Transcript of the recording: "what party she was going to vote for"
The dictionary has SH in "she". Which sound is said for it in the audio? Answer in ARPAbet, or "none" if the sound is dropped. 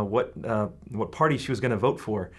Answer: SH